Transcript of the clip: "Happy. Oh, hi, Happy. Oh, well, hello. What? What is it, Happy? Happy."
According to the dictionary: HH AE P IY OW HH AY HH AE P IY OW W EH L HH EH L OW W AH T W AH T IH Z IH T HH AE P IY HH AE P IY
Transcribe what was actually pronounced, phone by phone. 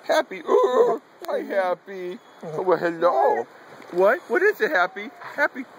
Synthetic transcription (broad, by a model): HH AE P IY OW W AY HH AE P IY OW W HH EH L OW W AH T W AH T IH Z IH T HH AE P IY HH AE P IY